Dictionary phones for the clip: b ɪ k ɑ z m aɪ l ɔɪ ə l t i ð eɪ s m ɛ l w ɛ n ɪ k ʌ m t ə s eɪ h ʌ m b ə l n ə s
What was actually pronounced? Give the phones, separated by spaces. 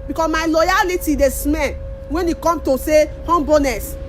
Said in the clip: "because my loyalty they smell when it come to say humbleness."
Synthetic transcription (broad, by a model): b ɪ k ɑ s m aɪ l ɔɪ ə l t i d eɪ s m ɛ n w ɛ n ɪ k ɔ m t ə s eɪ h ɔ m b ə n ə s